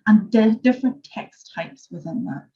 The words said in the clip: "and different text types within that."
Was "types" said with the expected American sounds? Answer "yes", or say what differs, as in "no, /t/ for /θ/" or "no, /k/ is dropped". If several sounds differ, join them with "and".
yes